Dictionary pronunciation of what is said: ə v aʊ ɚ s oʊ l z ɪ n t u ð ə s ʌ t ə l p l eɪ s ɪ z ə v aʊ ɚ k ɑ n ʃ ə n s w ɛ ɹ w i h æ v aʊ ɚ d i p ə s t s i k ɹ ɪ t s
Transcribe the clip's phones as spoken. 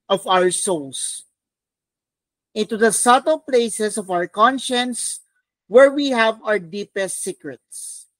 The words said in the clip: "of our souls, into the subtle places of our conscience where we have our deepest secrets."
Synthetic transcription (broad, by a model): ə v aʊ ɚ s oʊ l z ɪ n t u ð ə s ʌ t ə l p l eɪ s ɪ s ə v aʊ ɚ k ɑ n ʃ ə n s w ɛ ɹ w i h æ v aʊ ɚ d i p ə s t s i k ɹ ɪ t s